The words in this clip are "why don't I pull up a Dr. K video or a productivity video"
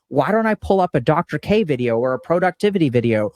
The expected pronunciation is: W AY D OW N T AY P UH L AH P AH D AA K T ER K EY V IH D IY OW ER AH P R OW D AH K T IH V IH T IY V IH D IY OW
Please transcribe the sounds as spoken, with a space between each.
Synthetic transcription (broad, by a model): W AY D OW N T AY P UH L AH P AH D AA K T ER K EY V IH D IY OW ER AH P R OW D AH K T IH V IH T IY V IH D IY OW